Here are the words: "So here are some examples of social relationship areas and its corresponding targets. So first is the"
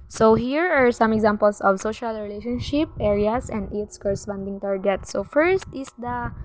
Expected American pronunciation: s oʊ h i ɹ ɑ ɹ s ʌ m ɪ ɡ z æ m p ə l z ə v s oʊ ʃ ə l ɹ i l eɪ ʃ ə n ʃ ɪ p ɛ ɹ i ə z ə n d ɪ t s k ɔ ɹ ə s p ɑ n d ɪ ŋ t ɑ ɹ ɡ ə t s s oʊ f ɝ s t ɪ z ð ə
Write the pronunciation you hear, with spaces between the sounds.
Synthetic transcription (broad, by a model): s oʊ h i ɹ ɑ ɹ s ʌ m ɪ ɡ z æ m p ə l s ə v s oʊ ʃ ə l ɹ i l eɪ ʃ ə n ʃ ɪ p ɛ ɹ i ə s ə n d ɪ t s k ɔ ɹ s f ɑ n d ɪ ŋ t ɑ ɹ ɡ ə t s s oʊ f ɝ s t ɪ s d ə